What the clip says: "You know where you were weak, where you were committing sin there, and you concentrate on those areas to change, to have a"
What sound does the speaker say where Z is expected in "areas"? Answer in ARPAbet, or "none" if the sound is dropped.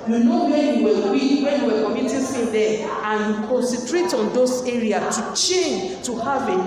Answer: none